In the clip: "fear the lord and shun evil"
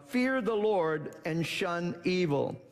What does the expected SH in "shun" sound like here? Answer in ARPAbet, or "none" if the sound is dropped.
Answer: SH